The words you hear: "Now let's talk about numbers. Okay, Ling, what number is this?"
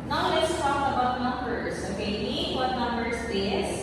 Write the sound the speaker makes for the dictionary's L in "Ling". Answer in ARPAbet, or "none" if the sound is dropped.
N